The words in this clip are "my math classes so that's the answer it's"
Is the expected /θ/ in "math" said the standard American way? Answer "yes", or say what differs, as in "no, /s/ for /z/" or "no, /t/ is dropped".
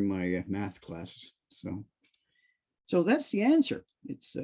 yes